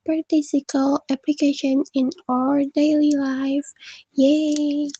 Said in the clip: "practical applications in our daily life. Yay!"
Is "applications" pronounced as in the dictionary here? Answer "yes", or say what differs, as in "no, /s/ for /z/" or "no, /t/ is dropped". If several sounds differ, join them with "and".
no, /z/ is dropped